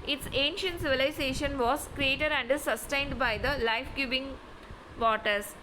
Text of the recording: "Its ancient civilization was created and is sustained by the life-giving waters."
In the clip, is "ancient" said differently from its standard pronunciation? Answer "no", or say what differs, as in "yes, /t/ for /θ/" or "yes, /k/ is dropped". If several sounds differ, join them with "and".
no